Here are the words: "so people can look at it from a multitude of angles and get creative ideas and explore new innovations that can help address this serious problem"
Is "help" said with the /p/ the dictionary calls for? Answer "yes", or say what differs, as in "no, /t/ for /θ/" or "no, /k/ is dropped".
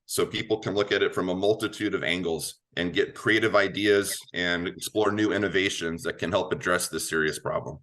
yes